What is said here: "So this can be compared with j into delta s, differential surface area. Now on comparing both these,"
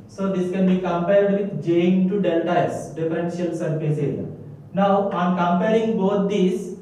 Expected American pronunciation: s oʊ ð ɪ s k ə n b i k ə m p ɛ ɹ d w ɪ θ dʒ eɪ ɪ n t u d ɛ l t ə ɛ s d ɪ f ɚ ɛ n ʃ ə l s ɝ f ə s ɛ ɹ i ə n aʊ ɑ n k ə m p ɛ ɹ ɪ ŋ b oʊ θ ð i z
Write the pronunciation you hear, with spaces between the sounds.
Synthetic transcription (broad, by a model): s oʊ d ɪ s k ə n b i k ə m p ɛ ɹ d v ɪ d dʒ eɪ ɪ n t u d ɛ l t ə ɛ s d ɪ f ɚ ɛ n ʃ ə l s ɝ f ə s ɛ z n aʊ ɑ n k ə m p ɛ ɹ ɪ ŋ b oʊ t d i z